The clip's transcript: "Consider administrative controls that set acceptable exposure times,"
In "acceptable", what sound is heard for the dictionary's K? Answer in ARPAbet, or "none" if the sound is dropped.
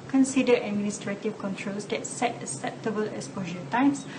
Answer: none